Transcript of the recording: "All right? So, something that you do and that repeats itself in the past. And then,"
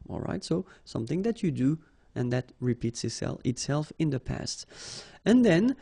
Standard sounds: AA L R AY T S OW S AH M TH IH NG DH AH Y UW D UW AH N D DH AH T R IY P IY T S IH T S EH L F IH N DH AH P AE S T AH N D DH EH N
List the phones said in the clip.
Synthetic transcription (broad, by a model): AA L R AY T S OW S AH M TH IH NG DH AH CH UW D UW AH N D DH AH T R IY P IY T S IH T S EH L F IH N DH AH P AE S T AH N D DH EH N